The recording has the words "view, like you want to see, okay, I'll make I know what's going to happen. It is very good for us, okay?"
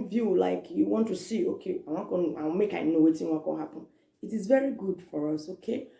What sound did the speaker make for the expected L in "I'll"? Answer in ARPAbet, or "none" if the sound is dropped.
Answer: N